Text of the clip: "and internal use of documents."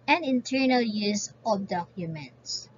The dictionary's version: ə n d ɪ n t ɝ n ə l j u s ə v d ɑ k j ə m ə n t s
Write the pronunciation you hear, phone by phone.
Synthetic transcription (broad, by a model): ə n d ɪ n t ɝ n ə l j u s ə b d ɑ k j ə m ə n t s